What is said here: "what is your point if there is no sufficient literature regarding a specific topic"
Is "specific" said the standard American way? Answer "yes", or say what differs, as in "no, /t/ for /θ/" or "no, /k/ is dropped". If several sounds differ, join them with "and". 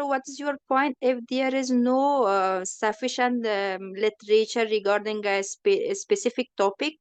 yes